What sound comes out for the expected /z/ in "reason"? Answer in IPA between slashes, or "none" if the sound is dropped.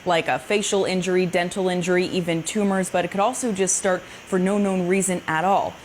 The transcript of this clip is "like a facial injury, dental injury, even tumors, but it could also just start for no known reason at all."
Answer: /z/